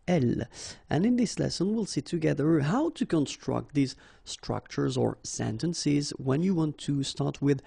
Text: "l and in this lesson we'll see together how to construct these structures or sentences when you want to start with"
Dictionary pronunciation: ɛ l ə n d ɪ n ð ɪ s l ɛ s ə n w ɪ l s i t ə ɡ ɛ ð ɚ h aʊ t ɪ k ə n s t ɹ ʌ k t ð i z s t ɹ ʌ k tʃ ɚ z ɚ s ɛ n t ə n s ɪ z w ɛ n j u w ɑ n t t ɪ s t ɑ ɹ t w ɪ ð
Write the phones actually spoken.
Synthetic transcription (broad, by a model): ɛ l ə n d ɪ n ð ɪ s l ɛ s ə n w ɪ l s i t ə ɡ ɛ ð ɚ h aʊ t ɪ k ə n s t ɹ ʌ k t ð i z s t ɹ ʌ k tʃ ɚ z ɚ s ɛ n t ə n s ɪ z w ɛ n j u w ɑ n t t ɪ s t ɑ ɹ t w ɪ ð